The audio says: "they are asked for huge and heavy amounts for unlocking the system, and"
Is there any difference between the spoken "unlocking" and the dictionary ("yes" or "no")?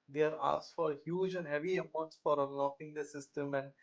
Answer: yes